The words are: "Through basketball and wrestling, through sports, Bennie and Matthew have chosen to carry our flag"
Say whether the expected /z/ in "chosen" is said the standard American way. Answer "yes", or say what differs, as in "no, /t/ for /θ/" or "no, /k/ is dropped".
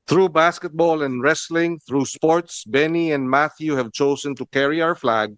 no, /s/ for /z/